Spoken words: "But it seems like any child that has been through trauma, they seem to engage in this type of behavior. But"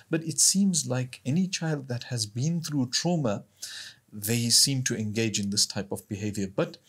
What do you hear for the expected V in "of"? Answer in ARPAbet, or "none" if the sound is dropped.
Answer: V